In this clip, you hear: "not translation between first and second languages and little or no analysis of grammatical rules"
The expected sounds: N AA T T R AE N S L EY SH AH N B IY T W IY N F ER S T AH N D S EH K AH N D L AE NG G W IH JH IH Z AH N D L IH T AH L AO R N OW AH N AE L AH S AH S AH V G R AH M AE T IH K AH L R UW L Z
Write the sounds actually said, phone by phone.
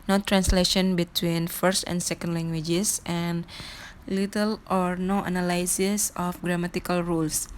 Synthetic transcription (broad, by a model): N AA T T R AE N S L EY SH AH N B IY T W IY N F ER S T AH N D S EH K AH N D L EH NG G W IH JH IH S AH N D L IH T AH L AO R N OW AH N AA L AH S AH S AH F G R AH M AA T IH K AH L R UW L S